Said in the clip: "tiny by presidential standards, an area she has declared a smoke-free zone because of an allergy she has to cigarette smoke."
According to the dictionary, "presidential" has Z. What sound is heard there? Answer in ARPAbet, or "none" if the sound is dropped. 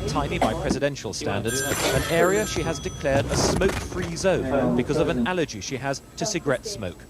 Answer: Z